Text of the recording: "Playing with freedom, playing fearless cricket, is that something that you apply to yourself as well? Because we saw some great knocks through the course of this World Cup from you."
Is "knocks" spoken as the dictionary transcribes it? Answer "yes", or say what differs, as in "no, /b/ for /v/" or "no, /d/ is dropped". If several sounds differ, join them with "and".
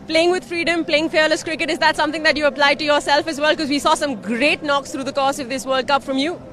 yes